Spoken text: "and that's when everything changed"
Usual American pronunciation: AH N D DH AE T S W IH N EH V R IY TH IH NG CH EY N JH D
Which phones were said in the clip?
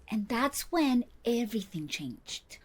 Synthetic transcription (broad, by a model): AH N DH AE T S W IH N EH V R IY TH IH NG CH EY N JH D